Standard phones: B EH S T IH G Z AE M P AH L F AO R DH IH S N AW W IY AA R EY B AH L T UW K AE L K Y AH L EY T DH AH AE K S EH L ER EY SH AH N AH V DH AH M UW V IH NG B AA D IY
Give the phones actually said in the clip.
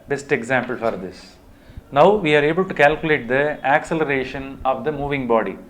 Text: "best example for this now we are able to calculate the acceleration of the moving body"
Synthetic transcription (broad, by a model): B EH S T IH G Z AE M P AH L F AO R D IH S N AW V IY AA R EY B AH L T UW K AE L K Y AH L EY T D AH AE K S EH L ER EY SH AH N AH V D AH M UW V IH NG B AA D IY